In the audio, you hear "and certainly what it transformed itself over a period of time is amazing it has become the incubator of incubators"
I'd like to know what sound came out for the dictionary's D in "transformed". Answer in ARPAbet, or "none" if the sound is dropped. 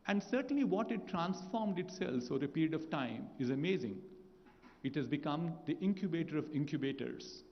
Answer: D